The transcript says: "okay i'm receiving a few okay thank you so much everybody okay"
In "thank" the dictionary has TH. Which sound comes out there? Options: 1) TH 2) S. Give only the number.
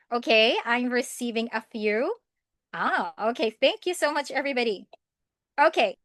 1